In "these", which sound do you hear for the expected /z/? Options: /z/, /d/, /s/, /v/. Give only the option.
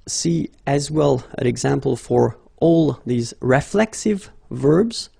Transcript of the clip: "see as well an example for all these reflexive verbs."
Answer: /z/